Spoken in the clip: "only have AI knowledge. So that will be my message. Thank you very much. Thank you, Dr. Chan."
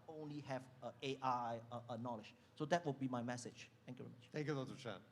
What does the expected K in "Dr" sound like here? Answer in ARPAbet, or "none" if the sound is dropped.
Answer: none